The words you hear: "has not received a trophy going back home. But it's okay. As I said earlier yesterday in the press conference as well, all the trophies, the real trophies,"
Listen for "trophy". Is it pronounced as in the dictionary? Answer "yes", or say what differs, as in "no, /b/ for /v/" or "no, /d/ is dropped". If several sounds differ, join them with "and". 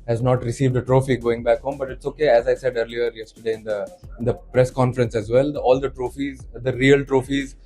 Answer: yes